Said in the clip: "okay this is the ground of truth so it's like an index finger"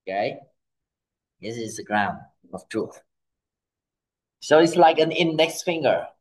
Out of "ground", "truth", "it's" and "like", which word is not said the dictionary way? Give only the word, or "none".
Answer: none